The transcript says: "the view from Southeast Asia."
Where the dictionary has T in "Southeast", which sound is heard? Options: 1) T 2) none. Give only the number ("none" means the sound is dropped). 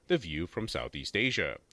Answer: 1